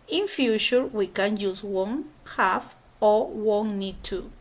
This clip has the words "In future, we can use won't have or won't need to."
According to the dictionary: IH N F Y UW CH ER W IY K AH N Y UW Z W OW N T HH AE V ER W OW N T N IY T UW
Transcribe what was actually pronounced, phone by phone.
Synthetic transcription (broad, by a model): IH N F Y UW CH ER W IY K AH N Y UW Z W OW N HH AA F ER W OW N N IY T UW